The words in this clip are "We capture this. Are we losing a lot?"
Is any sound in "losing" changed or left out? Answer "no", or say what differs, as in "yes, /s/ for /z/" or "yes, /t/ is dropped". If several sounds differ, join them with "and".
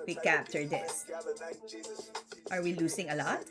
yes, /s/ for /z/